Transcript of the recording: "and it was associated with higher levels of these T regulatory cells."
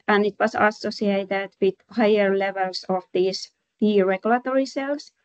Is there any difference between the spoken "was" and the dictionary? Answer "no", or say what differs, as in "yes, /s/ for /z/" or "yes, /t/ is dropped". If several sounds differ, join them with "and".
yes, /s/ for /z/